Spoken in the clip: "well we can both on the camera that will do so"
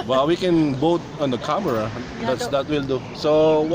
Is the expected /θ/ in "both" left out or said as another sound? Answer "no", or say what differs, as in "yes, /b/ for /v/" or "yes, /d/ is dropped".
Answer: yes, /t/ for /θ/